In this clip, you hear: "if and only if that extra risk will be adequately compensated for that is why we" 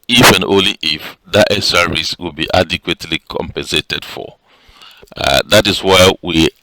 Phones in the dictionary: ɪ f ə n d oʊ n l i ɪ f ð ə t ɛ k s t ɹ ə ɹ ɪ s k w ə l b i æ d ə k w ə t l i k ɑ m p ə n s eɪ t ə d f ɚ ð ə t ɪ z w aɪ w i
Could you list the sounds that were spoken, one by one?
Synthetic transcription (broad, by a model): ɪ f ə n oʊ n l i ɪ f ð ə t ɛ s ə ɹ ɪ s w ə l b i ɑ d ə k w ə t l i k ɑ m p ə n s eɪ t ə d f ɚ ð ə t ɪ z w aɪ w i